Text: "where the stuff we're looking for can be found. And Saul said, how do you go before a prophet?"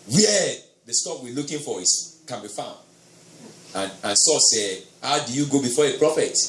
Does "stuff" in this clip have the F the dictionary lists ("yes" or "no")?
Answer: no